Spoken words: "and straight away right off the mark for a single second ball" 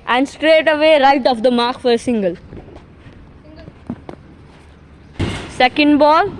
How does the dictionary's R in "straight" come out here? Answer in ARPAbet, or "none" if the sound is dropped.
R